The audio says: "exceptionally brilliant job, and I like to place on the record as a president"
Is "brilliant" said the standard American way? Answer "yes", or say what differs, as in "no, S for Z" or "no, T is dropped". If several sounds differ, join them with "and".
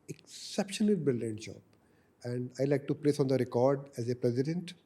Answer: no, R is dropped